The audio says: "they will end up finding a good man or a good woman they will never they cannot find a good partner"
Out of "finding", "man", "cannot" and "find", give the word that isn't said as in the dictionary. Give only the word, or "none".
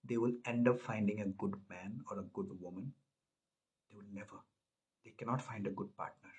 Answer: none